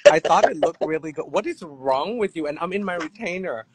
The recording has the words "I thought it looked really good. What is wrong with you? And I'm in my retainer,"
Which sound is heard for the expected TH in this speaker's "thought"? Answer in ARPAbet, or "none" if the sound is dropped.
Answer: TH